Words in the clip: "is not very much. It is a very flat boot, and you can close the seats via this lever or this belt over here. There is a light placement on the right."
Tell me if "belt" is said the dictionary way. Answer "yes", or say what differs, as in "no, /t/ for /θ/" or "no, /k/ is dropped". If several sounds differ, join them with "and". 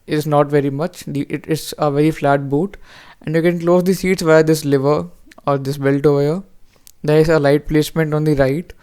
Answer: yes